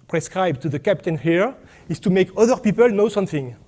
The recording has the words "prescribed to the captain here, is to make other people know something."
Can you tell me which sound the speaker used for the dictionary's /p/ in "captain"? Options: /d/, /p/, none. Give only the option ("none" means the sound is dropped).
/p/